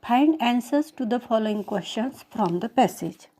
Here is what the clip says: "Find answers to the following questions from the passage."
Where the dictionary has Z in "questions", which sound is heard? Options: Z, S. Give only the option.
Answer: S